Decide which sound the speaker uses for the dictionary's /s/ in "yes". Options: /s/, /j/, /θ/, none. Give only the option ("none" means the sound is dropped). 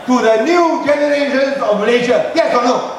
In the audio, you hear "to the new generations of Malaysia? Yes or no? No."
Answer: none